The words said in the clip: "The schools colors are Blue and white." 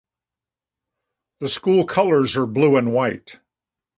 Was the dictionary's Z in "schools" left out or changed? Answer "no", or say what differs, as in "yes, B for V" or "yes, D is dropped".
yes, Z is dropped